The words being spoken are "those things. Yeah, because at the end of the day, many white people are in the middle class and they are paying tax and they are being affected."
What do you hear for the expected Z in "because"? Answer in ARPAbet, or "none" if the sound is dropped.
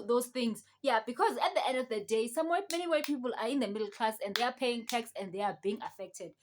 Z